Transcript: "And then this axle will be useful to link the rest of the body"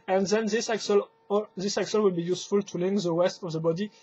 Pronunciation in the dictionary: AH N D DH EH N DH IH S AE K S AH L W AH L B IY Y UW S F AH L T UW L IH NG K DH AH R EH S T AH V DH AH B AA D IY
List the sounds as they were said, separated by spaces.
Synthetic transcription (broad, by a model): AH N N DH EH L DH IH S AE K S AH L W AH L B IY Y UW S F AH L T UW L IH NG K DH AH W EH S T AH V DH AH B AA D IY